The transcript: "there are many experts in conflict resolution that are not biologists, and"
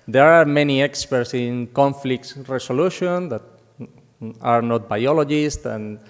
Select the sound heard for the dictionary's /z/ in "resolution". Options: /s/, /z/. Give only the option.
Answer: /s/